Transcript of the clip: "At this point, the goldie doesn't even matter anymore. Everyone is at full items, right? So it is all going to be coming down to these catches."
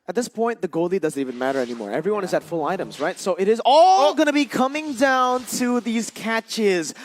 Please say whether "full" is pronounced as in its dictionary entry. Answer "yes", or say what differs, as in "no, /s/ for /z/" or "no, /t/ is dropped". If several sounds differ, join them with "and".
yes